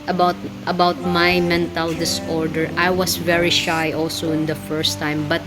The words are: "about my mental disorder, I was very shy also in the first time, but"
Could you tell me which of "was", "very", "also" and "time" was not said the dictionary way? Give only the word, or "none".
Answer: was